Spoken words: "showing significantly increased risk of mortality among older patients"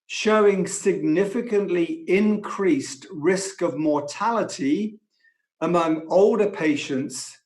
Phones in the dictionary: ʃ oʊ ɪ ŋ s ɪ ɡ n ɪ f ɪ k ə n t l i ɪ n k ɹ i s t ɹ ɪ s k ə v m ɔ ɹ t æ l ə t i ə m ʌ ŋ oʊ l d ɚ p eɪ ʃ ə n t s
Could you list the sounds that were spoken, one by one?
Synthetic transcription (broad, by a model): ʃ oʊ ɪ ŋ s ɪ ɡ n ɪ f ɪ k ə n t l i ɪ n k ɹ i s t ɹ ɪ s k ə v m ɔ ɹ t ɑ l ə t i ə m ʌ ŋ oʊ l d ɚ p eɪ ʃ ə n t s